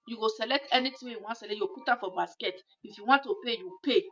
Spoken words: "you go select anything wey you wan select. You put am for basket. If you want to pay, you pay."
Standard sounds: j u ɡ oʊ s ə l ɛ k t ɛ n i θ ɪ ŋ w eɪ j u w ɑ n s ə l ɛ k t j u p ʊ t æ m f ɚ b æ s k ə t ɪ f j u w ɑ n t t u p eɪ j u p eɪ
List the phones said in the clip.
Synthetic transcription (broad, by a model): j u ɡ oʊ s ə l ɛ k t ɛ n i t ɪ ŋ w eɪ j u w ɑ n s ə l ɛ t j u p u t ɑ f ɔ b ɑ s k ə t ɪ f j u w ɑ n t t u p eɪ j u p eɪ